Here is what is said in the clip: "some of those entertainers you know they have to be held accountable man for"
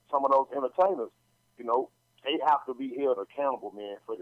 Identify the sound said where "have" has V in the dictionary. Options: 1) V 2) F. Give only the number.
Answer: 2